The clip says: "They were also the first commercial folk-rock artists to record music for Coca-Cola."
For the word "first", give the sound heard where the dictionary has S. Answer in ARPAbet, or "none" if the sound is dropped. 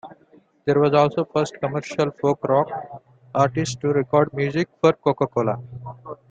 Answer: S